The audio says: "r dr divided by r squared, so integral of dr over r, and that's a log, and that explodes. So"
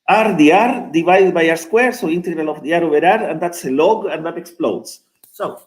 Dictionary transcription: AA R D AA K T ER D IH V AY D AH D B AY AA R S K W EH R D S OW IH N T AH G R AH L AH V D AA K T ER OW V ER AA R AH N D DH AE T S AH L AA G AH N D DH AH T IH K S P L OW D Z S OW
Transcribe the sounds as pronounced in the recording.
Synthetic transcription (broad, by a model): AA R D AA T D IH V AY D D B AY AA R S K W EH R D S OW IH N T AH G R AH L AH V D AA T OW B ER AA R AH N D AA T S AH L AA G AH N D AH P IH K S P L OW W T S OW